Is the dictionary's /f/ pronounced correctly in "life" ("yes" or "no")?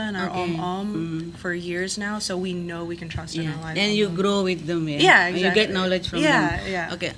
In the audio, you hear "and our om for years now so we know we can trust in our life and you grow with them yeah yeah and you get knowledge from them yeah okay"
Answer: no